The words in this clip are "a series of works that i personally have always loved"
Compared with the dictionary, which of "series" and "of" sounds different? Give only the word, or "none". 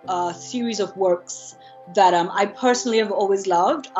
none